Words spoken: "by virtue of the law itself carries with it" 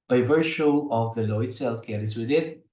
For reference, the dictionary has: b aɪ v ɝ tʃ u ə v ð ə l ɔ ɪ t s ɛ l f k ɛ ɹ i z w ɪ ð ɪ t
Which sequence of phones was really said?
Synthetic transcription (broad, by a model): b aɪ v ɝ ʃ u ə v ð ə l ɔ ɪ t s ɛ l f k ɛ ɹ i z w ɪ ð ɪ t